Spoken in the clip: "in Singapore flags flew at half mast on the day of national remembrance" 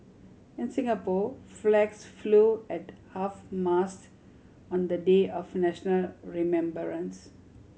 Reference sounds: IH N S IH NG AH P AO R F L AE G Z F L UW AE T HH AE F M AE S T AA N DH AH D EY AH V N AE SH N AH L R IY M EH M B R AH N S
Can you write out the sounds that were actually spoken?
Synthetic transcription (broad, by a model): IH N S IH NG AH P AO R F L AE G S F L UW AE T HH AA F M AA S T AA N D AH D EY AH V N AE SH N AH L R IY M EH M B R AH N S